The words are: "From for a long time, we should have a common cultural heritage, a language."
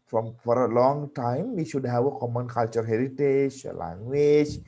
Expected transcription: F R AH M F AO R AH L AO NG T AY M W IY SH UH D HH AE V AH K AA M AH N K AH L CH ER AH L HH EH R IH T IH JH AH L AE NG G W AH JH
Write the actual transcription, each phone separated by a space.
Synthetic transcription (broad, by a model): F R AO M F AO R AH L AO NG T AY M W IY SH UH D HH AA W AH K AA M AH N K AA L CH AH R HH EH R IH T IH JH L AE NG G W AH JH